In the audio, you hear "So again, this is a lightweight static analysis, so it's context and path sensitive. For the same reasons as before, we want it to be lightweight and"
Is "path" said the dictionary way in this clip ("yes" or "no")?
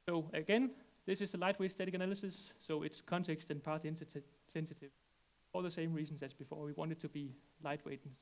no